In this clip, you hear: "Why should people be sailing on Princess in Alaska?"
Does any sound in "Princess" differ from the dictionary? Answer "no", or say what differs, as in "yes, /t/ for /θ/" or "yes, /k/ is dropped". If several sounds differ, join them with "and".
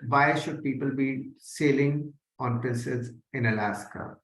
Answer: yes, /ɹ/ is dropped and /l/ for /n/